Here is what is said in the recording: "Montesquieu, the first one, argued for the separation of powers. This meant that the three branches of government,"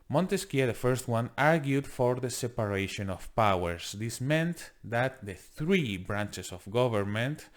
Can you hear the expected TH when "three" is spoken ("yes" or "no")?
yes